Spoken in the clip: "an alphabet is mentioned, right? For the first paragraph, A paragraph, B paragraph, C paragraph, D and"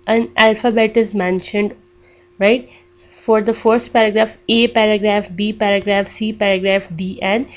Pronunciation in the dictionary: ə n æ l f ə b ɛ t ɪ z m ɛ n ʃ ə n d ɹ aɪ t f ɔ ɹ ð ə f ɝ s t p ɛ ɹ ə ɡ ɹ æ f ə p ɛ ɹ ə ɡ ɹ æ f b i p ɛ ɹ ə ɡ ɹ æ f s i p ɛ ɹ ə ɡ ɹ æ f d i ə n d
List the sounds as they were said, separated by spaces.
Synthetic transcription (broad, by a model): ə n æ l f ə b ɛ t ɪ z m ɛ n ʃ ə n d ɹ aɪ t f ɔ ɹ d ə f ɝ s t p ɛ ɹ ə ɡ ɹ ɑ f ə p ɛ ɹ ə ɡ ɹ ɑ f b i p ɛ ɹ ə ɡ ɹ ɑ f s i p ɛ ɹ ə ɡ ɹ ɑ f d i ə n